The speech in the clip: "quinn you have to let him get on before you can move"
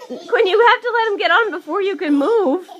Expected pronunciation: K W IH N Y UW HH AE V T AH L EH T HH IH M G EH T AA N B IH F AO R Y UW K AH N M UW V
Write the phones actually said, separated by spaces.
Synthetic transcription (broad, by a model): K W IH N Y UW HH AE F T AH L EH T HH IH M G EH T N B IH F AO R Y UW K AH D M UW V